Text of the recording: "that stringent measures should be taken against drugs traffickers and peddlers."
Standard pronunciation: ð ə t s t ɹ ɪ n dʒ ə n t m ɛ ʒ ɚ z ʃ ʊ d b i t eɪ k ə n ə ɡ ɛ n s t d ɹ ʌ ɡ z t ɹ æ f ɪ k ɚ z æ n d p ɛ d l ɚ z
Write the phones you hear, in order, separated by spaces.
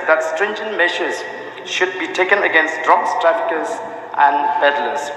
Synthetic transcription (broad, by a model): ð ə t s t ɹ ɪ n dʒ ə n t m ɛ ʃ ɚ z ʃ ʊ d b i t eɪ k ə n ə ɡ ɛ n s t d ɹ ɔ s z t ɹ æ f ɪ k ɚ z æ n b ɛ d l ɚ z